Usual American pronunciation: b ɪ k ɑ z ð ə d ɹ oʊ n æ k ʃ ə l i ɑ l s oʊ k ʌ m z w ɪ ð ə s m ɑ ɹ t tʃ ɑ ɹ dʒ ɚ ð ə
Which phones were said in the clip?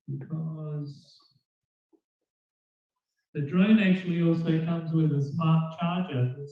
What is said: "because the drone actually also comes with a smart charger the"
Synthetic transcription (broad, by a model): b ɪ k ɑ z ð ə d ɹ oʊ n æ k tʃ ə l i ɑ l s oʊ k ʌ m z w ɪ ð ə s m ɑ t tʃ ɑ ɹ dʒ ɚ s